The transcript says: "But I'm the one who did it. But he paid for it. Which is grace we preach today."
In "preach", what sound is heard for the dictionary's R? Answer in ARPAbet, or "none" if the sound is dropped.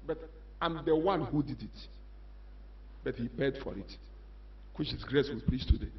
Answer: L